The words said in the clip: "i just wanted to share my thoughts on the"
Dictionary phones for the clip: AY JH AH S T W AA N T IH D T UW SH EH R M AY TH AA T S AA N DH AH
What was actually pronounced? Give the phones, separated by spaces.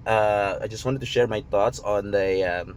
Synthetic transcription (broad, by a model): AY JH AH S T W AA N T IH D T UW SH EH R M AY T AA T S AA N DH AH